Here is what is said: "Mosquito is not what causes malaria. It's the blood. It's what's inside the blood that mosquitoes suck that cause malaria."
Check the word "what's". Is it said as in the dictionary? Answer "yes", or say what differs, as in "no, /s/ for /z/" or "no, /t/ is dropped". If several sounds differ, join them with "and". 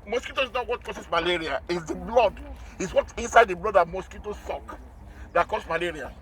no, /s/ is dropped